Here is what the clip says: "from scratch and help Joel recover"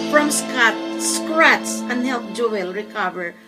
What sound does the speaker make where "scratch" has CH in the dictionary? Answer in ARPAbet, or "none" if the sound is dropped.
S